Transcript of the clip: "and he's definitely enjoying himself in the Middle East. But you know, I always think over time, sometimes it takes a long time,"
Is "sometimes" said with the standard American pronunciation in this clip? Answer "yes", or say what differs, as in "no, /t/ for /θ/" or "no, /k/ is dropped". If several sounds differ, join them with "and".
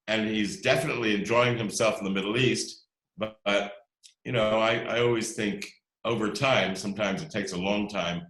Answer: yes